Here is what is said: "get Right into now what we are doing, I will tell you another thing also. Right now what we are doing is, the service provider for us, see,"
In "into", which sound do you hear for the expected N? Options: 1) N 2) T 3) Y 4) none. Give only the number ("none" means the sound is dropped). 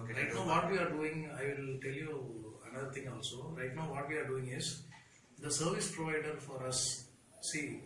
4